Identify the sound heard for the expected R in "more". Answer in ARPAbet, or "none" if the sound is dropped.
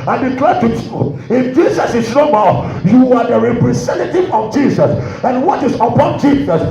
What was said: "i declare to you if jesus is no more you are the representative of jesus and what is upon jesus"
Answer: L